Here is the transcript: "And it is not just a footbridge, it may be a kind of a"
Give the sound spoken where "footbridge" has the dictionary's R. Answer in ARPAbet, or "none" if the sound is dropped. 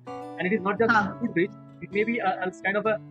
none